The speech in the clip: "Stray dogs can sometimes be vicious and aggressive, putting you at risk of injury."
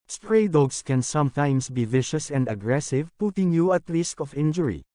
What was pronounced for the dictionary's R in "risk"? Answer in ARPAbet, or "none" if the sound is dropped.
L